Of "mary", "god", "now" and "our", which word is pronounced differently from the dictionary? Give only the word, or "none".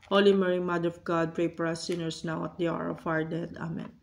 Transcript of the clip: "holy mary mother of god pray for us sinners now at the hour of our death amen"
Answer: none